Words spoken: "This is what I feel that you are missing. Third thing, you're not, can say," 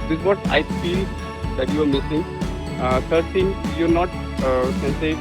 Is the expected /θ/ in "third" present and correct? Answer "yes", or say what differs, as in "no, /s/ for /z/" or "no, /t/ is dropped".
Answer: no, /f/ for /θ/